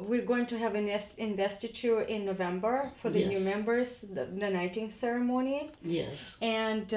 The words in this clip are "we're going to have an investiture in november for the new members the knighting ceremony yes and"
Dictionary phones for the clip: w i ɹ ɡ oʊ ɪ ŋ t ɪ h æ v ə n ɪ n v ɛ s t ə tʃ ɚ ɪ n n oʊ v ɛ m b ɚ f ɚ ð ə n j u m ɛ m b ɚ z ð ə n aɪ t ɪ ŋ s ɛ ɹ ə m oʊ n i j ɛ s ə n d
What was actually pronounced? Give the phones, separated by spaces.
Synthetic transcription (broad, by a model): w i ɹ ɡ oʊ ɪ ŋ t ɪ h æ v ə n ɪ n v ɛ s t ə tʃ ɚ ɪ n n oʊ v ɛ m b ɚ f ɚ ð ə n j u m ɛ m b ɚ z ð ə n aɪ t ɪ ŋ s ɛ ɹ ə m oʊ n i j ɛ s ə n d